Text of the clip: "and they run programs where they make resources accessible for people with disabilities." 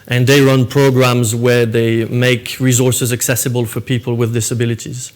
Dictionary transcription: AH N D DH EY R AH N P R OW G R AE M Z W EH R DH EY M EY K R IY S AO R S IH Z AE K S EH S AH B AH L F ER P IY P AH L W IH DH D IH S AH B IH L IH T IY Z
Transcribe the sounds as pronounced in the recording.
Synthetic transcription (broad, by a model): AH N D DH EY R AH N P R OW G R AE M Z W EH R DH EY M EY K R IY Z AO R S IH Z AE K S EH S AH B AH L F ER P IY P AH L W IH DH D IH S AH B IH L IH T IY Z